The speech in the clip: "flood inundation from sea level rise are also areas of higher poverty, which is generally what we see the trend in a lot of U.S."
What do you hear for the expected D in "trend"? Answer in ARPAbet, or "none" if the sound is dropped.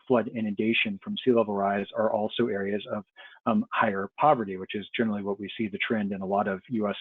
D